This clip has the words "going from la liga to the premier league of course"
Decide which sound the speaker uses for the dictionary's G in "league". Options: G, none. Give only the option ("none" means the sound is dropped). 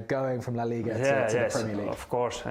none